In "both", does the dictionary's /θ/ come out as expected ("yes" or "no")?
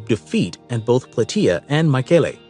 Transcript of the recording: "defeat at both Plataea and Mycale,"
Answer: yes